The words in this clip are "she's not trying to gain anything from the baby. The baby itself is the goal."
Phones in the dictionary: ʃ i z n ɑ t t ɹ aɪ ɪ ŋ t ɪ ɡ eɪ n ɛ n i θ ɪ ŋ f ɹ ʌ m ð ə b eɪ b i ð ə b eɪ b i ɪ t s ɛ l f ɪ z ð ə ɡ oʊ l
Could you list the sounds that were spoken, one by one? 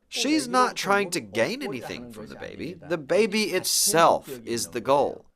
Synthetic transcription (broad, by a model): ʃ i z n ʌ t t ɹ aɪ ɪ ŋ t ɪ ɡ eɪ n ɛ n i θ ɪ ŋ f ɹ ʌ m ð ə b eɪ b i ð ə b eɪ b i ɪ t s ɛ l f ɪ z ð ə ɡ oʊ l